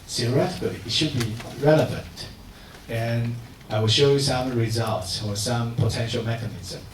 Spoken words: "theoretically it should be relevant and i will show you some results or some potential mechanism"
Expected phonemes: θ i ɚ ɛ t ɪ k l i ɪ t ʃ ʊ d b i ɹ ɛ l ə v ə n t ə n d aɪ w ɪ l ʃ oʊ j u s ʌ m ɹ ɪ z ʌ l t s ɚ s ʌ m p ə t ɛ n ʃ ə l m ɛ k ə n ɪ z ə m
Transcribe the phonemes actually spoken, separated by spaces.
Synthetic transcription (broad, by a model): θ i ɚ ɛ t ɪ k l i ɪ t ʃ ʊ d b i ɹ ɛ l ə v ə n t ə n aɪ w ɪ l ʃ oʊ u s ʌ m ɹ ɪ z ʌ l t s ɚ s ʌ m p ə t ɛ n ʃ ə l m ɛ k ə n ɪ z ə m